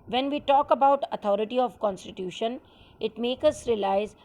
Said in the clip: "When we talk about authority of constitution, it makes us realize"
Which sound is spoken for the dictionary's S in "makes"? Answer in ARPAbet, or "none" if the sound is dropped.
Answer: none